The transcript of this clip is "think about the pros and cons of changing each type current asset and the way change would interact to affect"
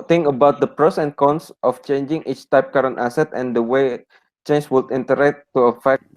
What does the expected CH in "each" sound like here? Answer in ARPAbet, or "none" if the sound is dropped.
CH